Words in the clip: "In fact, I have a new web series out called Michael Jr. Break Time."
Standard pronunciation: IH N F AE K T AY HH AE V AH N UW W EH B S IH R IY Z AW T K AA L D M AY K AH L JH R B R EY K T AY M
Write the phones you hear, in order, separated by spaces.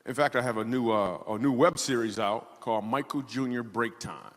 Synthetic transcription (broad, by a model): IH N F AE K T AY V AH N AH N UW W EH B S IH R IY Z AW T K AA L D M AY K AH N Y R B R EY K T AY M